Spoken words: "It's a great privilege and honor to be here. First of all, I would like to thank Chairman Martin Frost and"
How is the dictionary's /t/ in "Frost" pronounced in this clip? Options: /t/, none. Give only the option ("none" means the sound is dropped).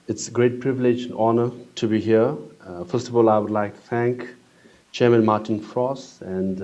none